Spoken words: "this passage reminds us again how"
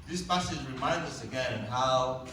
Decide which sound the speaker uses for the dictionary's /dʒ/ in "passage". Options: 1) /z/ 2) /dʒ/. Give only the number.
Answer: 1